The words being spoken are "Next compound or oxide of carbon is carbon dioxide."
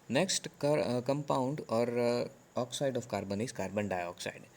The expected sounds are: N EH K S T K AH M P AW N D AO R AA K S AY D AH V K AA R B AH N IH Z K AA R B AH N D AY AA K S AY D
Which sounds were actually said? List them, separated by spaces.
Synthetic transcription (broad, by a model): N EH K S T K AH M P AW N D AO R AA K S AY D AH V K AA R B AH N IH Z K AA R B AH N D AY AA K S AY D